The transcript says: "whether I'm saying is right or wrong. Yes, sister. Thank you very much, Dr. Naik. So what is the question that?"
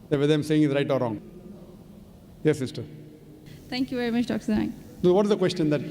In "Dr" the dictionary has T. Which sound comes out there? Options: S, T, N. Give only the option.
S